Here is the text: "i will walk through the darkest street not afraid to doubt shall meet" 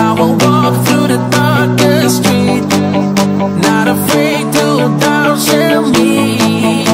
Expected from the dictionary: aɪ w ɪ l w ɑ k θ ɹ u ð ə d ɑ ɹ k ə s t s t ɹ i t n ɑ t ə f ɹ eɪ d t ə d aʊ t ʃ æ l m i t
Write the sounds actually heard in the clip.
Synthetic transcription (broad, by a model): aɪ w ɪ l w ɑ k θ ɹ u ð ə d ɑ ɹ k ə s s t ɹ i t n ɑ t ə f ɹ eɪ d t ə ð aʊ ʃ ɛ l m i